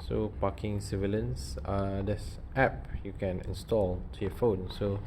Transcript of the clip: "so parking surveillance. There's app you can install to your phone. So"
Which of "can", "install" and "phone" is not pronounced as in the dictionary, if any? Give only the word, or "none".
none